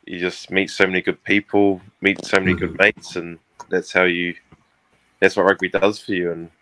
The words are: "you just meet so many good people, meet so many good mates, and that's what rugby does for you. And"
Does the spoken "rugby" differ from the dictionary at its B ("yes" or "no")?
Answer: yes